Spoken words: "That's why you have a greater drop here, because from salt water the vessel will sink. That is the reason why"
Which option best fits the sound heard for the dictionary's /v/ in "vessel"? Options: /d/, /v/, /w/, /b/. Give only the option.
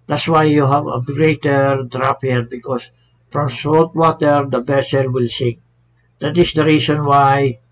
/b/